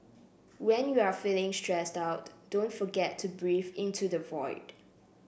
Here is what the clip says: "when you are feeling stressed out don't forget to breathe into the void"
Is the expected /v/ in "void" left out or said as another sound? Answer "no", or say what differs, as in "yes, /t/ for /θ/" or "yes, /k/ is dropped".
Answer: no